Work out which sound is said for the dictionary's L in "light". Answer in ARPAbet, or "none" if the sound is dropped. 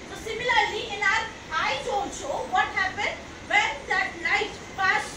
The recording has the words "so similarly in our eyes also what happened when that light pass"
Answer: N